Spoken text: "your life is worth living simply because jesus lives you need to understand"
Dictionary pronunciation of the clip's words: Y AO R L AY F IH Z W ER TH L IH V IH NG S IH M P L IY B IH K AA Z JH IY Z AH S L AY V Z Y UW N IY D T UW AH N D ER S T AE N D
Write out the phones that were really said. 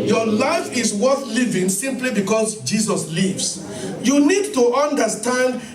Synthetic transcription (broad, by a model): Y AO L AY F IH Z W ER TH L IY V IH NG S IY M P L IY B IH K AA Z JH IY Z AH S L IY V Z Y UW N IY D T UW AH N D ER S T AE N D